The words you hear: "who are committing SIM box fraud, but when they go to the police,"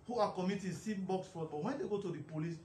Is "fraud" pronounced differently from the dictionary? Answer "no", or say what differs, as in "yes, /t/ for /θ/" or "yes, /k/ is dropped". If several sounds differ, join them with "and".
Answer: yes, /ɹ/ is dropped